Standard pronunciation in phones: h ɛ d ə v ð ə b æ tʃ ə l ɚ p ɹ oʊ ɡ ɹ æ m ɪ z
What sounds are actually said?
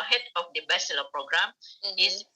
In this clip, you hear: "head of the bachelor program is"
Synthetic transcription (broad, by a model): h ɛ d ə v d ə b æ s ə l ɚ p ɹ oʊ ɡ ɹ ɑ m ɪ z